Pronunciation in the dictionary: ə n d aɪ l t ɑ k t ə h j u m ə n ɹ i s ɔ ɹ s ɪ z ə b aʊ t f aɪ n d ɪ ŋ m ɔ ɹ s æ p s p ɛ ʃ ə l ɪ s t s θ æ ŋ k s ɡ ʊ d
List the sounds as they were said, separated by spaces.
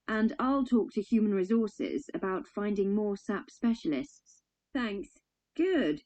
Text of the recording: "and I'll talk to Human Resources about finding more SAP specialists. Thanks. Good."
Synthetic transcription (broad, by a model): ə n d aɪ l t ɑ k t ə h j u m ə n ɹ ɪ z ɔ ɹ s ɪ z ə b aʊ t f aɪ n d ɪ ŋ m ɔ s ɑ p s p ɛ ʃ ə l ɪ s t s θ æ ŋ k s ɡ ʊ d